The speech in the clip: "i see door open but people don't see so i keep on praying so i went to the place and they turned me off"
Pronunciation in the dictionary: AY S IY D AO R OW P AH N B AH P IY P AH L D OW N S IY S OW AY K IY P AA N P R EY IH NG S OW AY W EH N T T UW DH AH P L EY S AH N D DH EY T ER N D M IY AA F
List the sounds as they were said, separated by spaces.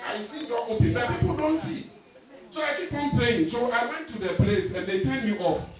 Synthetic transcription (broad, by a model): AY S IY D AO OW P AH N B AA P IY P AH L D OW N S IY S OW AY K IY B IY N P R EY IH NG S OW AY W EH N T T UW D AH P L EY S AH N D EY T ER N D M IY AA F